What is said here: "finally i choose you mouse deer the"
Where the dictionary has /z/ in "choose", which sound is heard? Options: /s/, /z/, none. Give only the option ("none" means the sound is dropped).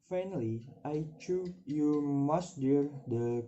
none